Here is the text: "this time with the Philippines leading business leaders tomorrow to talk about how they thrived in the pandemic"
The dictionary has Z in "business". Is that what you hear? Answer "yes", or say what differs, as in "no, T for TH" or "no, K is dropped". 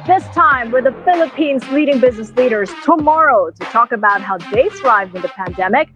yes